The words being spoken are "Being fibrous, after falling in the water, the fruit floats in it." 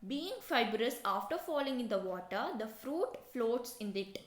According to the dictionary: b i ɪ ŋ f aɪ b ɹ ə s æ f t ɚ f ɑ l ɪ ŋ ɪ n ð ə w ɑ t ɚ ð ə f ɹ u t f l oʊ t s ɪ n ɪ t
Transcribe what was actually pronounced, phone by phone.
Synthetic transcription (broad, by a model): b i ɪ ŋ f aɪ b ɹ ə s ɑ f t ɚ f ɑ l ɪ ŋ ɪ n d ə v ɑ t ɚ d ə f ɹ u t f l oʊ t s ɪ n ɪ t